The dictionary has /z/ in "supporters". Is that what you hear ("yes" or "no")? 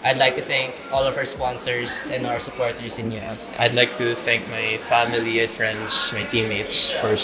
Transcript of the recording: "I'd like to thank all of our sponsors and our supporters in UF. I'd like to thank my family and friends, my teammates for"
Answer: no